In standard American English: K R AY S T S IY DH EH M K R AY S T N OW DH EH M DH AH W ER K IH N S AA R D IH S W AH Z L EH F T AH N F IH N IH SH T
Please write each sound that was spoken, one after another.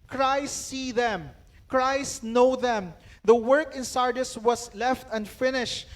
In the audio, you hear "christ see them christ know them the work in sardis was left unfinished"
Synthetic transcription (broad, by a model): K R AY S T S IY DH EH M K R AY S T N OW DH EH M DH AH W ER K IH N S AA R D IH S W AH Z L EH F T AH N F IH N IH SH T